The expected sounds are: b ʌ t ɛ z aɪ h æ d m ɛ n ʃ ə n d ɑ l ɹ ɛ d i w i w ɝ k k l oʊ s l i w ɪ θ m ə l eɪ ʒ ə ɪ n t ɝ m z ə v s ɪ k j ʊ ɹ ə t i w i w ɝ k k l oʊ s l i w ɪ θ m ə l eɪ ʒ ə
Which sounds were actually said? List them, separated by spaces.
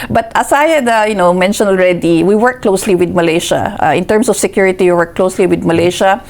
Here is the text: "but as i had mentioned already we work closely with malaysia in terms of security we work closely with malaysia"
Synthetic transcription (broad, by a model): b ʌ t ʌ s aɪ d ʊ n m ɛ n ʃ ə n ɑ l ɹ ɛ d i w i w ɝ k k l oʊ s l i w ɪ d m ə l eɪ ʃ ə ɪ n t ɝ m s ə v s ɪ k j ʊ ɹ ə t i w i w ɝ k k l oʊ s l i w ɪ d m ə l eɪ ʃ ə